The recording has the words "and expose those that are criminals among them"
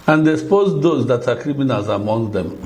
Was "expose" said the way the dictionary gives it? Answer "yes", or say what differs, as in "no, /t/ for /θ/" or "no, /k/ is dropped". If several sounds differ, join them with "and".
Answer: no, /k/ is dropped